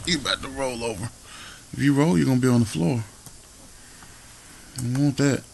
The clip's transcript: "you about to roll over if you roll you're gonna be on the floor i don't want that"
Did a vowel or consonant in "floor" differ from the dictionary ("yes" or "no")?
no